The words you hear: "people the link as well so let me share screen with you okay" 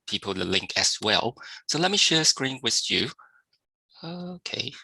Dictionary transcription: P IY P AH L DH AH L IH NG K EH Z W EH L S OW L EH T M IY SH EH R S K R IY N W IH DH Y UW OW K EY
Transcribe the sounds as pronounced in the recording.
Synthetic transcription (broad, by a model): P IY P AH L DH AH L IH NG K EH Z W EH L S OW L EH T M IY SH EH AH S K R IY N W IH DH Y UW OW K EY